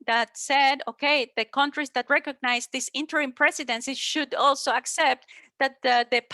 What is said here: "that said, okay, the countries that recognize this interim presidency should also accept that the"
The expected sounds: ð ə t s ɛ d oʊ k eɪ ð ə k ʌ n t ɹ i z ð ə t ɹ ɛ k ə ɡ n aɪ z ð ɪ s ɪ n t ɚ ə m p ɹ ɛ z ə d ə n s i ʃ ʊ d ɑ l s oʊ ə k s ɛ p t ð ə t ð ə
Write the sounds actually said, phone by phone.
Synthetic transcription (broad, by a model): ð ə t s ɛ d oʊ k eɪ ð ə k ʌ n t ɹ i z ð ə t ɹ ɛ k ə ɡ n aɪ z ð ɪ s ɪ n t ɚ ə m p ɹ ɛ s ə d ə n s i ʃ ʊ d ɑ l s oʊ ə k s ɛ p t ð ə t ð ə